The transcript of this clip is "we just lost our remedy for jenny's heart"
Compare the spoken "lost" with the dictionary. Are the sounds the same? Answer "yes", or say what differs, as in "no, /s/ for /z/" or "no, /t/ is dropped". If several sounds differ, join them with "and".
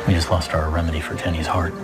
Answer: yes